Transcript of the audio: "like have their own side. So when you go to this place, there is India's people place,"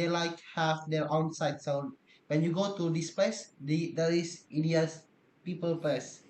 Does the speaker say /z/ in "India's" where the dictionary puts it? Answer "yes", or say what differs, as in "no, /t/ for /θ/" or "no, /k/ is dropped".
no, /s/ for /z/